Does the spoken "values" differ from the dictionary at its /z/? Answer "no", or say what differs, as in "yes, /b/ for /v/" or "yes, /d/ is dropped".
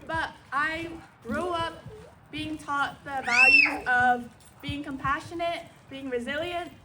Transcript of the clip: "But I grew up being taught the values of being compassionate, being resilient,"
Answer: yes, /z/ is dropped